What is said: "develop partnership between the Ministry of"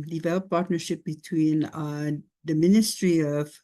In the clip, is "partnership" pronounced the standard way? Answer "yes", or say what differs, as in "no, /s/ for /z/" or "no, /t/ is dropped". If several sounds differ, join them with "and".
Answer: yes